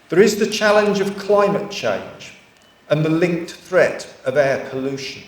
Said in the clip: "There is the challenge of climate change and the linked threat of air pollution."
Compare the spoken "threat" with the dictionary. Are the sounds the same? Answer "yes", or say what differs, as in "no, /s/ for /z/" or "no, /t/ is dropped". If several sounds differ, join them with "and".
yes